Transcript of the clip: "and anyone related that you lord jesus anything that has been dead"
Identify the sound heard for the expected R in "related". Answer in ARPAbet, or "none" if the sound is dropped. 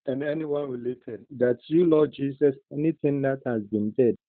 W